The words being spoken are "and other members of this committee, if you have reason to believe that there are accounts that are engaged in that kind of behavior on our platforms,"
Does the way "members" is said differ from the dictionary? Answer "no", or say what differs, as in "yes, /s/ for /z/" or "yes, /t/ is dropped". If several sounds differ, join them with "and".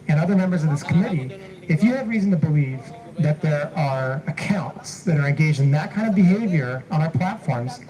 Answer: no